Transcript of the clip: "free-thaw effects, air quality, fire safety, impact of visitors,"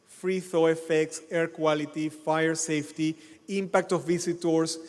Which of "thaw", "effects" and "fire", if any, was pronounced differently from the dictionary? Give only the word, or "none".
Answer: none